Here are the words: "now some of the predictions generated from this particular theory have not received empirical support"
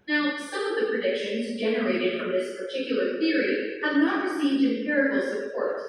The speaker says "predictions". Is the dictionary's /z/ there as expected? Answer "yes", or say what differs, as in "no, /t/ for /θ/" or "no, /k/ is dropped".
yes